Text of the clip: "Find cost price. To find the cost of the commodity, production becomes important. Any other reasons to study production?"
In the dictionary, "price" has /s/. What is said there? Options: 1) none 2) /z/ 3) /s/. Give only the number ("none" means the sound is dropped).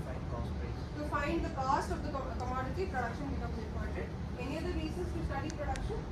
1